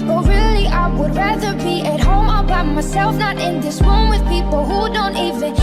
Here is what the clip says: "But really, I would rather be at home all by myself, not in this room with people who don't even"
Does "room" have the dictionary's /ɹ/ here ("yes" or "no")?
no